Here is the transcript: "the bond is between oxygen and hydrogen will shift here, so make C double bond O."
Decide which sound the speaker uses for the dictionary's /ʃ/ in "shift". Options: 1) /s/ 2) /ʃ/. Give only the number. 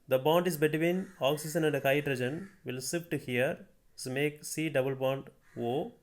1